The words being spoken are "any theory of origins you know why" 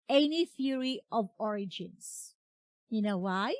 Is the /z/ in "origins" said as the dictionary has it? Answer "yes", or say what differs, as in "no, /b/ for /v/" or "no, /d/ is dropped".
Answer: no, /s/ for /z/